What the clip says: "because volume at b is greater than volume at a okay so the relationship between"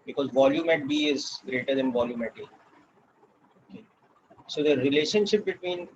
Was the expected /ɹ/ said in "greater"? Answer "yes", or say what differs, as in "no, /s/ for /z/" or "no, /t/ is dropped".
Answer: yes